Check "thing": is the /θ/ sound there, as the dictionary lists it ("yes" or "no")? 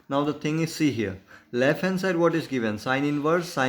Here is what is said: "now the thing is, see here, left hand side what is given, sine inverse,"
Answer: no